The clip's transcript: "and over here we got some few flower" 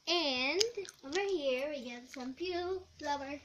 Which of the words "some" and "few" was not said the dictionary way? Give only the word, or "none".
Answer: few